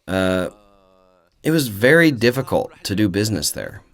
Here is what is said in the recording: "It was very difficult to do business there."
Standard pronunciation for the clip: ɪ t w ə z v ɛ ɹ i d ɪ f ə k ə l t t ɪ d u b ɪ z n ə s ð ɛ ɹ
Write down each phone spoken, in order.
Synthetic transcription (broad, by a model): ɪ t w ə z v ɛ ɹ i d ɪ f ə k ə l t t ɪ d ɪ b ɪ z n ə s ð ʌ ɹ